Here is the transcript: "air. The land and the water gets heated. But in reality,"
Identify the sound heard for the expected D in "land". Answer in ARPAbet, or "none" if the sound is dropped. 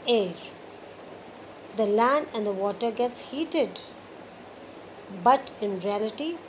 none